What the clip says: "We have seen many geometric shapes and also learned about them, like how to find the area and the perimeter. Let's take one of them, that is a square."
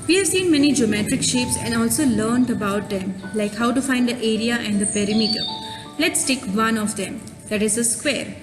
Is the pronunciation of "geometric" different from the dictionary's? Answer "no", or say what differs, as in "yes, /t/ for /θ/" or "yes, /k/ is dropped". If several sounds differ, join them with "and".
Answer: no